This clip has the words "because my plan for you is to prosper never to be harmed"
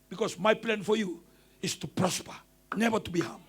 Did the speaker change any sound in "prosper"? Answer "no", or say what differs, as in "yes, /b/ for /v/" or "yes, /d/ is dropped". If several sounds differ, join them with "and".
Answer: no